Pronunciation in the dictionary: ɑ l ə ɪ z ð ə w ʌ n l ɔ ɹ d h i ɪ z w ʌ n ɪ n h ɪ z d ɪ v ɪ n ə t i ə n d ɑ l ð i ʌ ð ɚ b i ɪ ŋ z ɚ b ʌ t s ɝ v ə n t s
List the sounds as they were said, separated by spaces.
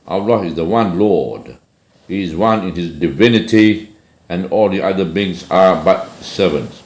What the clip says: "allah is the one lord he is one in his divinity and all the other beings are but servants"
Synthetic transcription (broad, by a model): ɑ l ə ɪ z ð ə w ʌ n l ɔ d h i ɪ z w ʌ n ɪ n h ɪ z d ɪ v ɪ n ə t i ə n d ɑ l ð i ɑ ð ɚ b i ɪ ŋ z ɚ b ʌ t s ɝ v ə n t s